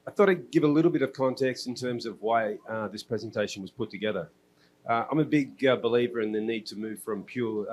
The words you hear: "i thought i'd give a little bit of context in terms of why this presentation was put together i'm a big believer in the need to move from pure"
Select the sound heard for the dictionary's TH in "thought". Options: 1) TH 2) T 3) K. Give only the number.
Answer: 1